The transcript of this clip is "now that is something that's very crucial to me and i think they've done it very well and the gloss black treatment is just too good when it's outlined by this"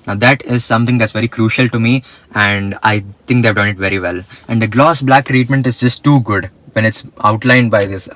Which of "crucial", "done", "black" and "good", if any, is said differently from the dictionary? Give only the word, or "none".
none